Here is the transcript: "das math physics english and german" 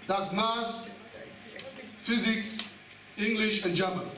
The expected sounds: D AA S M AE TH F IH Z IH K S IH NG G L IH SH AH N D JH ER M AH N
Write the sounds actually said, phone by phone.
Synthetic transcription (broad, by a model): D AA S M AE S F IH Z IH K S IH NG G L IH SH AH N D JH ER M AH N